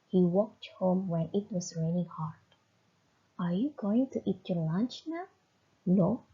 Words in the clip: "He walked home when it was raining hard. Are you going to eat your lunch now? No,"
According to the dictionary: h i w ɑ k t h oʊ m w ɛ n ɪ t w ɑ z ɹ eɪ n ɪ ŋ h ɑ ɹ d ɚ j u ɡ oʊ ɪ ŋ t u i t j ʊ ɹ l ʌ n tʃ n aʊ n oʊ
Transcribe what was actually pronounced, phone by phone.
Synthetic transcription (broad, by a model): h i w ɑ k t h oʊ m w ɛ n ɪ t w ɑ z ɹ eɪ l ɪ h ɑ ɹ d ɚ j u ɡ oʊ ɪ ŋ t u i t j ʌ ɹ l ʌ n tʃ n aʊ n oʊ